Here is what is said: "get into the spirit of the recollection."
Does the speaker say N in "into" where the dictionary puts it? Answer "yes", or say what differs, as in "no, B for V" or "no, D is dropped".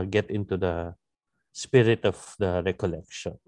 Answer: yes